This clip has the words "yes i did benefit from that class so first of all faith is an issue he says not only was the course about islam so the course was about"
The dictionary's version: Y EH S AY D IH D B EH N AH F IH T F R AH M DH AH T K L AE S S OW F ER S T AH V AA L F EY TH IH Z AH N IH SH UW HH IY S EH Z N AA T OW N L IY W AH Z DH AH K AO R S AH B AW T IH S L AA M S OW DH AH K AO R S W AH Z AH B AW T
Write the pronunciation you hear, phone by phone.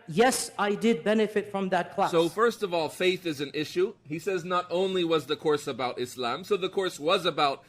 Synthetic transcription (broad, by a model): Y EH S AY D IH D B EH N AH F IH T F R AH M DH AH T K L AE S S OW F ER S T AH V AA L F EY TH IH Z AH N IH SH UW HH IY S EH Z N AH T OW N L IY W AH Z DH AH K AO R S AH B AW T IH S L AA M S OW DH AH K AO R S W AH Z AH B AW T